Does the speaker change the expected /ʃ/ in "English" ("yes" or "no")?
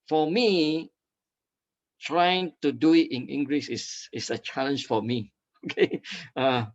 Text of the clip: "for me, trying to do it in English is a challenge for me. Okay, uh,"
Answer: yes